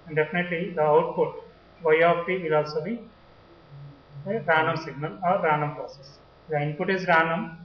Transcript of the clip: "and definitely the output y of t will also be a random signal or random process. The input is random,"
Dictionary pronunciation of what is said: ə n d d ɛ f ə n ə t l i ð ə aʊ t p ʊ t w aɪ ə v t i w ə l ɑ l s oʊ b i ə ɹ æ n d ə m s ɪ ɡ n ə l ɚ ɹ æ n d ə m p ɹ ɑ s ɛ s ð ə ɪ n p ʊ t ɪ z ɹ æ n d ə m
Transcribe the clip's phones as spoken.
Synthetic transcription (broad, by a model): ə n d d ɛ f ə n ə t l i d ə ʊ t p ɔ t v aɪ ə p t i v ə l ɑ l s oʊ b i ə ɹ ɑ n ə m s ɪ ɡ n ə l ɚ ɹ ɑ n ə m p ɹ ɑ s ɛ s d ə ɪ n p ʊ t ɪ z ɹ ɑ n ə m